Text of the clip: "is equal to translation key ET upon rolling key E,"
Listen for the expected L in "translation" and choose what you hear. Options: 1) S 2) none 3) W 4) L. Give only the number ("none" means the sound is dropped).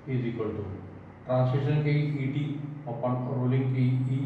2